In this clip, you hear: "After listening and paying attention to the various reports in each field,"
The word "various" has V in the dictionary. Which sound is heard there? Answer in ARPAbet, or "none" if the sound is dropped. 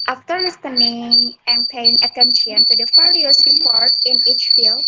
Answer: F